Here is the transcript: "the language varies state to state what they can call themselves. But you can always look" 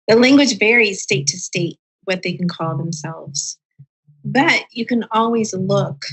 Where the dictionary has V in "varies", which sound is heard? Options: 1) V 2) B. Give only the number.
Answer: 1